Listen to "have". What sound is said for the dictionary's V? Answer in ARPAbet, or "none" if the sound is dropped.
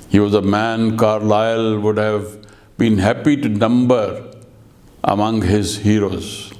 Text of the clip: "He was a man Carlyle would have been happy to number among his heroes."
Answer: V